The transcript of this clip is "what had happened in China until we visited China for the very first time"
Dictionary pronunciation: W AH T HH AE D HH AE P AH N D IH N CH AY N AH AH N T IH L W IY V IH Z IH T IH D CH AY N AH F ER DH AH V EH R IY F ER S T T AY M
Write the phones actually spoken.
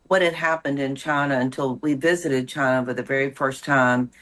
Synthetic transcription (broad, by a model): W AH T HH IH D HH AE P AH N D IH N CH AY N AH AH N T IH L W IY V IH Z IH T IH D CH AY N AH F ER DH AH V EH R IY F ER S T T AY M